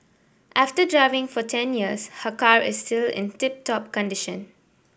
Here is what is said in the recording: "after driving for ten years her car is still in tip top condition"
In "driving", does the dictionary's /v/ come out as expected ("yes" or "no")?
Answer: yes